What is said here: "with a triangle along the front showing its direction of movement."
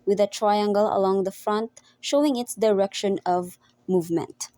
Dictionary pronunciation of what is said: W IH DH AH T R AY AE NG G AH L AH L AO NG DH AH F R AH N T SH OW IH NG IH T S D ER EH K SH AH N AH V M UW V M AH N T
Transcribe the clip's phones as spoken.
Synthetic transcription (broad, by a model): W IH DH AH T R AY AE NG G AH L AH L AO NG DH AH F R AH N T SH OW IH NG IH T S D ER EH K SH AH N AH V M UW V M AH N T